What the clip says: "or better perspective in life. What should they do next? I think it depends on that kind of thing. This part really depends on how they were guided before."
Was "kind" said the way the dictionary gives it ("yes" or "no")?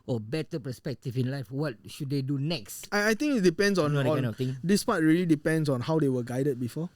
no